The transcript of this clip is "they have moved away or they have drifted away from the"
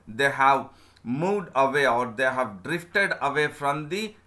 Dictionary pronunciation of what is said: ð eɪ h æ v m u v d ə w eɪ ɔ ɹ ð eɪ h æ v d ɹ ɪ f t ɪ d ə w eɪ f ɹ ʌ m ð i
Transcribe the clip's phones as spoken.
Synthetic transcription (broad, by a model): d eɪ h æ v m u v d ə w eɪ ɔ ɹ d eɪ h æ v d ɹ ɪ f t ɪ d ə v eɪ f ɹ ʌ m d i